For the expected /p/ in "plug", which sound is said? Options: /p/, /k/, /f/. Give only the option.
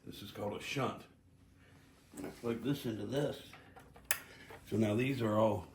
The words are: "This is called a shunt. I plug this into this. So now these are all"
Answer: /f/